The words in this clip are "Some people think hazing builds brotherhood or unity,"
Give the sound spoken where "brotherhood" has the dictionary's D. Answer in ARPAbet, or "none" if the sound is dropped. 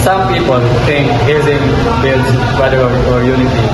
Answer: none